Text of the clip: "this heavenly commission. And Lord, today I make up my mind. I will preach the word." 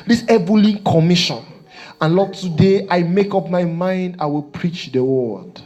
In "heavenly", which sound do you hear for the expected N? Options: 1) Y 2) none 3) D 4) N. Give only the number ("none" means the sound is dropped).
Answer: 2